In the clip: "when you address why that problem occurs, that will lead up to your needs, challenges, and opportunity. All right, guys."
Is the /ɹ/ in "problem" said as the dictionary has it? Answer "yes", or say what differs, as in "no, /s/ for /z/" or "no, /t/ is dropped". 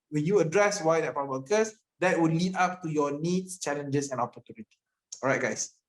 no, /ɹ/ is dropped